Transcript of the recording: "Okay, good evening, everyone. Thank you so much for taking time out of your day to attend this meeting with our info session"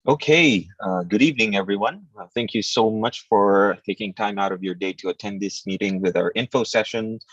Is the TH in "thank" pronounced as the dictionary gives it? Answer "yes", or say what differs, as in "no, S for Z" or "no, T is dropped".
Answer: yes